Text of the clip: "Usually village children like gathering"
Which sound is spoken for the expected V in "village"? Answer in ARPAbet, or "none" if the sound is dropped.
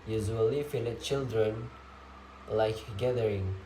F